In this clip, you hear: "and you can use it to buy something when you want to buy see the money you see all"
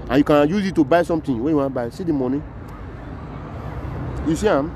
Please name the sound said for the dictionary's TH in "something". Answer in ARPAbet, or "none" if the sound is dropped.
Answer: T